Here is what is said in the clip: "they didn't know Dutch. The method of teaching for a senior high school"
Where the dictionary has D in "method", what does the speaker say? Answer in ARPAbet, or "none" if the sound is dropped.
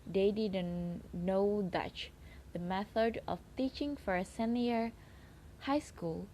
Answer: D